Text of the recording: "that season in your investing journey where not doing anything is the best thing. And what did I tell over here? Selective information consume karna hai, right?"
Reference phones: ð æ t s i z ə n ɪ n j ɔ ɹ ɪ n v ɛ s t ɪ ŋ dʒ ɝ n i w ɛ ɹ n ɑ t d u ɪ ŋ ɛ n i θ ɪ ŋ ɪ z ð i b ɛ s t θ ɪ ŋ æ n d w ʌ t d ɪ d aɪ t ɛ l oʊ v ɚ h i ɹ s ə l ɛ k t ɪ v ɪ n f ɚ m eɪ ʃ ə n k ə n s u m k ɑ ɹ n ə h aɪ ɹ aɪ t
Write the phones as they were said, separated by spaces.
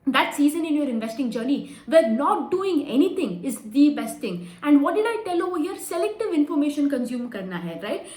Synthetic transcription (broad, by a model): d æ t s i z ə n ɪ n j ɔ ɹ ɪ n v ɛ s t ɪ ŋ dʒ ɝ n i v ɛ ɹ n ɑ t d u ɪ ŋ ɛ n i t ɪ ŋ ɪ z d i b ɛ s t t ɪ ŋ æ n d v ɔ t d ɪ d aɪ t ɛ l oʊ ɔ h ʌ ɹ s ə l ɛ k t ɪ v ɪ n f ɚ m eɪ ʃ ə n k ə n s u m k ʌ ɹ n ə h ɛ ɹ aɪ t